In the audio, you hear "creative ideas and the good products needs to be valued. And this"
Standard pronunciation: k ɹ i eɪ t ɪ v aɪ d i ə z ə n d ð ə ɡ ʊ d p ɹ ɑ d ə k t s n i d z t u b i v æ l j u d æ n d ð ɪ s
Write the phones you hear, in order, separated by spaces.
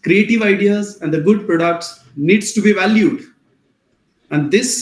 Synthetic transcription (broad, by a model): k ɹ i eɪ t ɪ v aɪ d i ə z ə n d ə ɡ ʊ d p ɹ ɑ d ə k t s n i d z t u b i v æ l j u d æ n d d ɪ s